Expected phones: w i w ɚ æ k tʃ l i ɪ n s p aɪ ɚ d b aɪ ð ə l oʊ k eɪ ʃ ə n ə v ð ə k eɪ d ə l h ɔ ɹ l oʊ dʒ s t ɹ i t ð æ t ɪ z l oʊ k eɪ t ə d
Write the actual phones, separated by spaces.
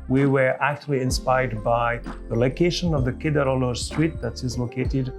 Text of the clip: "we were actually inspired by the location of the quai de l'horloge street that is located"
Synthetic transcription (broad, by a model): w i w ɚ æ k tʃ l i ɪ n s p aɪ ɚ d b aɪ ð ə l oʊ k eɪ ʃ ə n ə v ð ə k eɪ d ə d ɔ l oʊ s t ɹ i t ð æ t ɪ z l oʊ k eɪ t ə d